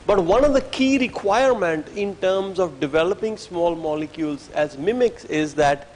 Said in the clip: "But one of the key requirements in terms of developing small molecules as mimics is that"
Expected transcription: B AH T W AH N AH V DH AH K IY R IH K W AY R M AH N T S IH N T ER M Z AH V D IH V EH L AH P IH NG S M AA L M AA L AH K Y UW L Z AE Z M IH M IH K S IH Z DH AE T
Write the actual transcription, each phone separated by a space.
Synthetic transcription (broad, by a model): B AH T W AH N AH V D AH K IY R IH K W AY R M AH N T IH N T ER M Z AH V D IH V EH L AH P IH NG S M AA L M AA L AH K Y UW L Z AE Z M IH M IH K S IH Z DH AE T